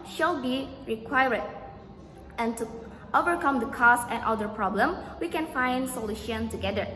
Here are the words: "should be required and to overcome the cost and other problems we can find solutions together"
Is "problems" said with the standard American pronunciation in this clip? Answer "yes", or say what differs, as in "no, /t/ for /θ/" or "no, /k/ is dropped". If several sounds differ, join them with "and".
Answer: no, /z/ is dropped